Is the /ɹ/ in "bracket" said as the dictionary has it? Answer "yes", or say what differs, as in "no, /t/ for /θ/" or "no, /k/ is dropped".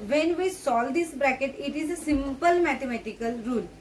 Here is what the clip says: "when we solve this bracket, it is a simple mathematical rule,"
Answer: yes